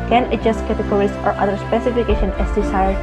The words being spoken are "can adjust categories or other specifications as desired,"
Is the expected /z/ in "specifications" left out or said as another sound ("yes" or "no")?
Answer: yes